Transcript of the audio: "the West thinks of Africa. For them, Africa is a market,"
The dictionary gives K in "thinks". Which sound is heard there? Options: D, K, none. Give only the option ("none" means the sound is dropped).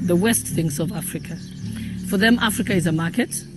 none